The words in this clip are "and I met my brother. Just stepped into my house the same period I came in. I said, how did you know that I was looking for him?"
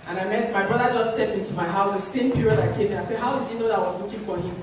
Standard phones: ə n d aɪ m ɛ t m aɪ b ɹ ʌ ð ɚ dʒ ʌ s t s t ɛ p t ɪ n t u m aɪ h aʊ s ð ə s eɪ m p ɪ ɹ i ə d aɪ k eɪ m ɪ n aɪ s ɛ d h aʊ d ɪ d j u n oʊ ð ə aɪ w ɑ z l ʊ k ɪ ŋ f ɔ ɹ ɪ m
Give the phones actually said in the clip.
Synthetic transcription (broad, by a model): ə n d aɪ m ɛ t m aɪ b ɹ ʌ ð ɚ dʒ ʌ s s t ɛ p t ɪ n t u m aɪ h aʊ s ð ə s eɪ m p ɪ ɹ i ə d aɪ k eɪ m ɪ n aɪ s ɛ d h aʊ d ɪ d j u n oʊ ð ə aɪ w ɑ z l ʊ k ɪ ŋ f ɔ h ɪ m